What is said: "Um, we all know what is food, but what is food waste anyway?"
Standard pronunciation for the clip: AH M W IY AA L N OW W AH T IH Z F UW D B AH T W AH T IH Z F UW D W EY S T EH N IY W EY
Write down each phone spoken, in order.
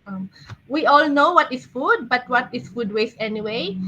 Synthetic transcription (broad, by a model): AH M W IY AA L N OW W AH T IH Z F UW D B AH T W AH T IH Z F UW D W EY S EH N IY W EY